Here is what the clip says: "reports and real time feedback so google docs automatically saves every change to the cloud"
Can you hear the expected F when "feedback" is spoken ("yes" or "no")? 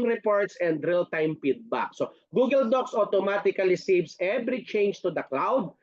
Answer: no